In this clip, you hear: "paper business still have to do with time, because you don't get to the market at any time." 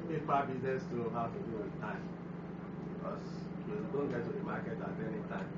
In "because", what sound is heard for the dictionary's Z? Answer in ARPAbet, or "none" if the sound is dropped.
S